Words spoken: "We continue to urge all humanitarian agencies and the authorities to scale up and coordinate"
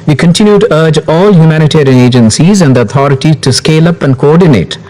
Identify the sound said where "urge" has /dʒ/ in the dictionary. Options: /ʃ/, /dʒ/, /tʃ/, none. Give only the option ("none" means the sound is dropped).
/dʒ/